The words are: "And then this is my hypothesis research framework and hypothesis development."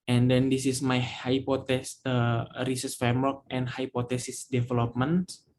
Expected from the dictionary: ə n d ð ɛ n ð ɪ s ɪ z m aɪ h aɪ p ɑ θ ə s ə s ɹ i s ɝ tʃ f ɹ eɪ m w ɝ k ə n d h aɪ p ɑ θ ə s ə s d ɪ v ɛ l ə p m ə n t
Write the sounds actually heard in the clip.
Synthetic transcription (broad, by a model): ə n d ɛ n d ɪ s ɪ s m aɪ h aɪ p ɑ t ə s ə ɹ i s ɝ s f ɹ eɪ m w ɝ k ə n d h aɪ p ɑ t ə s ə s d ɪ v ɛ l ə p m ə n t